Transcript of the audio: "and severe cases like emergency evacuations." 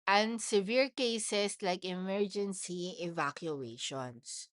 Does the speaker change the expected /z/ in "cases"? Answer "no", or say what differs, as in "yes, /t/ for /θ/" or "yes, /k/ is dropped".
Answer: yes, /s/ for /z/